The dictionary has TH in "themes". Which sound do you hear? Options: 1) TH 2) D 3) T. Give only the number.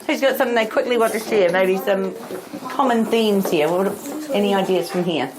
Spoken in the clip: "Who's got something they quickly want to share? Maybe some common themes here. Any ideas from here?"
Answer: 1